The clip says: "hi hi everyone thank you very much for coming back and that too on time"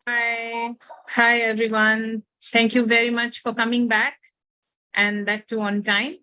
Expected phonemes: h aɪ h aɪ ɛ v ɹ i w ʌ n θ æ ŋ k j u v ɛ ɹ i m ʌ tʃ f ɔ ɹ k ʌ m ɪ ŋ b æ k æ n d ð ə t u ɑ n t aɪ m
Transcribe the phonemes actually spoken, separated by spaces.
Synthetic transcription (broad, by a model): h aɪ h aɪ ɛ v ɹ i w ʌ n t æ ŋ k j u v ɛ ɹ i m ʌ tʃ f ɔ ɹ k ʌ m ɪ ŋ b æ k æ n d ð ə t u ɑ n t aɪ m